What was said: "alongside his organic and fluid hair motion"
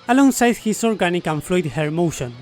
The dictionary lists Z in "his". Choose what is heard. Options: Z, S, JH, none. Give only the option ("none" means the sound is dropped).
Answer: S